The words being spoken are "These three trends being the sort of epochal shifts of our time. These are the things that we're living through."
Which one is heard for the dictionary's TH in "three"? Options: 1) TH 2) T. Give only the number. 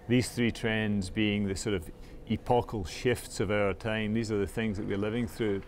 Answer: 1